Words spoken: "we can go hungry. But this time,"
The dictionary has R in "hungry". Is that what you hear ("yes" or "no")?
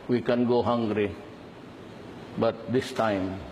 yes